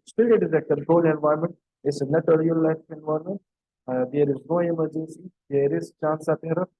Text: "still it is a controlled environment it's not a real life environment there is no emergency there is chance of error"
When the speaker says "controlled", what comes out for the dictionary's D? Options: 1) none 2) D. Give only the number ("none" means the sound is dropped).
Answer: 1